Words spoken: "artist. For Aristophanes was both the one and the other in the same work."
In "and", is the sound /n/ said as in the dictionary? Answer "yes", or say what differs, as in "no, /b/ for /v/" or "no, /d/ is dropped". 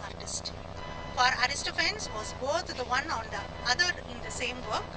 no, /l/ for /n/